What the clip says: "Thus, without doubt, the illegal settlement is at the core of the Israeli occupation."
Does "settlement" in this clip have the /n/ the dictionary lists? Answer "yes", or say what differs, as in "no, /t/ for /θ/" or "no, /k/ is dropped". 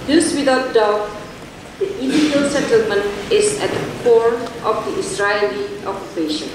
yes